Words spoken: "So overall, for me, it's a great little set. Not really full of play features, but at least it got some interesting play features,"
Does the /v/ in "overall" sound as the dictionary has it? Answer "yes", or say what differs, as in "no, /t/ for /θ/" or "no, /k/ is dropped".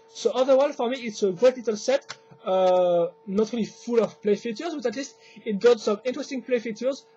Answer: no, /v/ is dropped